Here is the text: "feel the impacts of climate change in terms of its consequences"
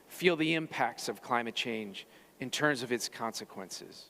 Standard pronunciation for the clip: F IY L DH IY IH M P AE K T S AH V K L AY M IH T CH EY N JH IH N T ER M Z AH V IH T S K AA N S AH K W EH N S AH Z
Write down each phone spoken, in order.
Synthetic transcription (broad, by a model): F IY L DH IY IH M P AE K T S AH V K L AY M IH T CH EY N JH IH N T ER M Z AH V IH T S K AA N S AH K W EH N S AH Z